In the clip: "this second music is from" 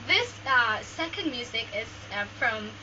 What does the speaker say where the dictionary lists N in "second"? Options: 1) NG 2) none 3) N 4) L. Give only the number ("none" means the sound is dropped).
3